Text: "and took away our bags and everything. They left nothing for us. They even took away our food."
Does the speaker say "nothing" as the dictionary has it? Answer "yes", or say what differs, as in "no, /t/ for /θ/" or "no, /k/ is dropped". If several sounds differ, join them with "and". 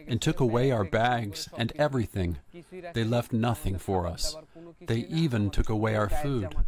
yes